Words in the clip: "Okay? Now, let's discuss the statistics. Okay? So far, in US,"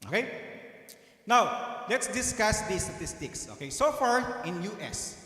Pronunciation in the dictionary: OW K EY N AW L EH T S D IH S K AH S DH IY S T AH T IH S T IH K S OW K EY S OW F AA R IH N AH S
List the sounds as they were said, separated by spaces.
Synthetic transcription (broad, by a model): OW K EY N AW L EH T S D IH S K AH S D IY S T AH T IH S T IH K S OW K EY S OW F AA R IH N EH S